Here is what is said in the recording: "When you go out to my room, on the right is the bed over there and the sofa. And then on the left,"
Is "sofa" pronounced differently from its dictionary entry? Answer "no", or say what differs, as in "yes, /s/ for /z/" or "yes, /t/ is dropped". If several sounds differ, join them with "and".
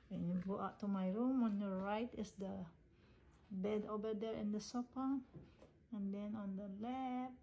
yes, /p/ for /f/